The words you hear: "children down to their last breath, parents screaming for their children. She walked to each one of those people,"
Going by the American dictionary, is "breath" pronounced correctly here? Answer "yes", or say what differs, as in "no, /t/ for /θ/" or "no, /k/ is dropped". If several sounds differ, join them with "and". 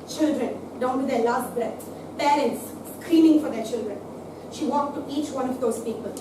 no, /l/ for /ɹ/ and /s/ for /θ/